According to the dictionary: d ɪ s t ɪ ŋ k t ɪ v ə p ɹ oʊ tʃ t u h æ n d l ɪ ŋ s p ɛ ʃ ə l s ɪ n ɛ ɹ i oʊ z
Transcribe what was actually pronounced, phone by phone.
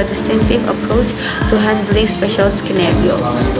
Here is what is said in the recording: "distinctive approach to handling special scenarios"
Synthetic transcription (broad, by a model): d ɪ s t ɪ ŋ k t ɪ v ə p ɹ oʊ tʃ t u h æ n d l ɪ ŋ s p ɛ ʃ ə l s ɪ n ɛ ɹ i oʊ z